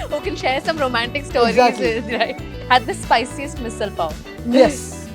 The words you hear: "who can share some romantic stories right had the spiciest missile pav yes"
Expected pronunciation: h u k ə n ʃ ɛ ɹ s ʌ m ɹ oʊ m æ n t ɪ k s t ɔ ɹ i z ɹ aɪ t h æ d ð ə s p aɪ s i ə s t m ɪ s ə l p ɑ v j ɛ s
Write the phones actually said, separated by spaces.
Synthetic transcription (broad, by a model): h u k ə n ʃ ɛ ɹ s ʌ m ɹ oʊ m æ n t ɪ k s t ɔ ɹ i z ɹ aɪ t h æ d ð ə s p aɪ s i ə s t m ɪ s ə l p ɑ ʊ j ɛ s